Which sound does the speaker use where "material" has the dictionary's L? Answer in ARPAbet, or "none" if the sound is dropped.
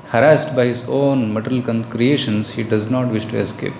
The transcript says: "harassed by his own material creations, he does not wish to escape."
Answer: N